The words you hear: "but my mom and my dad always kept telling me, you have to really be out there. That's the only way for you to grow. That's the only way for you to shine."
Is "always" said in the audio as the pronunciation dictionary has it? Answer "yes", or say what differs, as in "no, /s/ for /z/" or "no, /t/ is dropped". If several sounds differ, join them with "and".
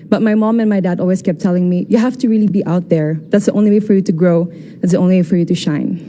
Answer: no, /s/ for /z/